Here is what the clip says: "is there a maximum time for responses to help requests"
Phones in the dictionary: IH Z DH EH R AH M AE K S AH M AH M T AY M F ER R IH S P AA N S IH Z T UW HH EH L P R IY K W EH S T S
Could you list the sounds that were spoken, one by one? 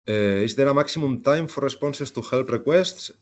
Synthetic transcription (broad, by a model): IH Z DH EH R AH M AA K S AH M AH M T AY M F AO R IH S P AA N S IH S T UW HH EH L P R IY K W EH S T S